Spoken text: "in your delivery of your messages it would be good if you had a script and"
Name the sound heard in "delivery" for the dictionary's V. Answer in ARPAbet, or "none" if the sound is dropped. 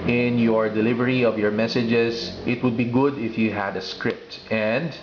V